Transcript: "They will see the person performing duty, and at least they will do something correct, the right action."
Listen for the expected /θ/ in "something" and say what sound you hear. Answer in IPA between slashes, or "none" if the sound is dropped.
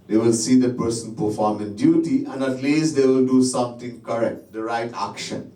/t/